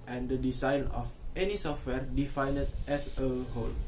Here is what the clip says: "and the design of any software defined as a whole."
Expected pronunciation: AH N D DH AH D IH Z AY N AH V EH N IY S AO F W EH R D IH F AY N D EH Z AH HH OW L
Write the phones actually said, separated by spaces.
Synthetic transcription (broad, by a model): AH N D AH D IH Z AY N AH F EH N IY S AO F W EH R D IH F AY N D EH S AH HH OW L